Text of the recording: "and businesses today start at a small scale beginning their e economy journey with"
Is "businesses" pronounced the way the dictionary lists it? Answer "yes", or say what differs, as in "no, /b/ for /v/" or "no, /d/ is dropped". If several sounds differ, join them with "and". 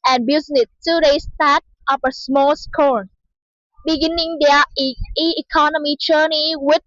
no, /n/ is dropped and /z/ is dropped